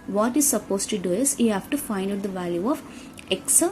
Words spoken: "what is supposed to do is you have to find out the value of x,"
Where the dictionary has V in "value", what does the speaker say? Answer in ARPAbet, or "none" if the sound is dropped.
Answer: V